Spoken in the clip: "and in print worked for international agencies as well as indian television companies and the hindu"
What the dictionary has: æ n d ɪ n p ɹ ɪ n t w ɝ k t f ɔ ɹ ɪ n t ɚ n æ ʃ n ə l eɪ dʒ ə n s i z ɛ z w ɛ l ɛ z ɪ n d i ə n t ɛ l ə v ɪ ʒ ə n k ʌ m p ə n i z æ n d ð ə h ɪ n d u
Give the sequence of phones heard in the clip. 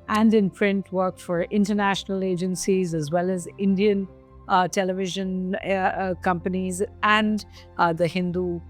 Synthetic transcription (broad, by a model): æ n d ɪ n p ɹ ɪ n t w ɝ k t f ɔ ɹ ɪ n t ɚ n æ ʃ n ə l eɪ dʒ ə n s i z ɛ z w ɛ l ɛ z ɪ n d i ə n t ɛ l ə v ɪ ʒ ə n k ʌ m p ə n i z æ n d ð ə h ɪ n d u